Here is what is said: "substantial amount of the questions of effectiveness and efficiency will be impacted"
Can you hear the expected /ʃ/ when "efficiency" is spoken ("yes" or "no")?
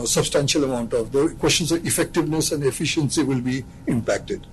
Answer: yes